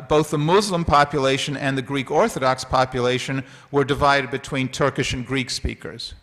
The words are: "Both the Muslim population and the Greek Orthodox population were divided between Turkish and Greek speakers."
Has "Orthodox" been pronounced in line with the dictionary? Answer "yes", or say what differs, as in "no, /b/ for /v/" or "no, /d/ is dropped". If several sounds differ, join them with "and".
yes